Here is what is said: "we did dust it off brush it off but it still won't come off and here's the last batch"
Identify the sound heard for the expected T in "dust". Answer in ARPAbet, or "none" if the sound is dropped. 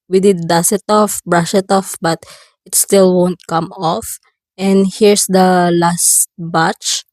none